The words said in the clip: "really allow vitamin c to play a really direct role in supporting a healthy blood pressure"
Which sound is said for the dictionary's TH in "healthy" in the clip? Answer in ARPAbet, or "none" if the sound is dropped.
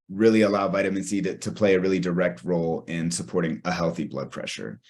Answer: TH